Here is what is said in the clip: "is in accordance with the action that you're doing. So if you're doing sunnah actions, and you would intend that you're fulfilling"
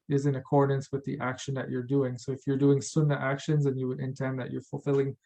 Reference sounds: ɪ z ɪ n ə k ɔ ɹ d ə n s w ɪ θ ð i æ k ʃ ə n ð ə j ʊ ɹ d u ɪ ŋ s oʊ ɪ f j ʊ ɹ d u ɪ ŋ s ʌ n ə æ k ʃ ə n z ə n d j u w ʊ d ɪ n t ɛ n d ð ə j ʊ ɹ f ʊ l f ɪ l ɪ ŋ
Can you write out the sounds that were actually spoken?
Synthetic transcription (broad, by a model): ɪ z ɪ n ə k ɔ ɹ d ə n s w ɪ ð i æ k ʃ ə n ð ə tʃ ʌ ɹ d u ɪ ŋ s oʊ ɪ f j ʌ ɹ d u ɪ ŋ s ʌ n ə æ k ʃ ə n z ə n j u w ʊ d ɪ n t ɛ n ð ə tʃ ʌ ɹ f l f ɪ l ɪ ŋ